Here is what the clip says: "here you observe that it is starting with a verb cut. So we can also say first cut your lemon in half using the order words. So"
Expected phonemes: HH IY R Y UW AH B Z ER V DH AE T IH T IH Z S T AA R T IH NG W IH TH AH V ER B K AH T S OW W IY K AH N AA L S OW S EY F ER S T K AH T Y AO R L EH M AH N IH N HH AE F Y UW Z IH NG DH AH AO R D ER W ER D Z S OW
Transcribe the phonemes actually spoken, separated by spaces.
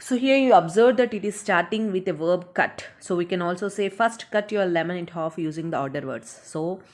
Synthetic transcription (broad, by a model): HH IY R Y UW AH B Z ER V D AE T IH T IH Z S T AA R T IH NG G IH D AH V ER B K AH T S OW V IY K AH N AA L S OW S EY F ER S T K AH T Y AO R L EH M AH N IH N HH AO F Y UW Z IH NG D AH AO R D ER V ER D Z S OW